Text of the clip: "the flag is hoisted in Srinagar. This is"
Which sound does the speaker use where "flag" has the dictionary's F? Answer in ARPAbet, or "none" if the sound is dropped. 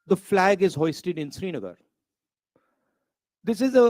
F